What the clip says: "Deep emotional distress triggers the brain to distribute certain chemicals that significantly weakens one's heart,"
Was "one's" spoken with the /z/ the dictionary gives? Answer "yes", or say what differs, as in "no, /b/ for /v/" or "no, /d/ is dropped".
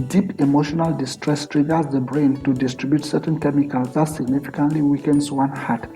no, /z/ is dropped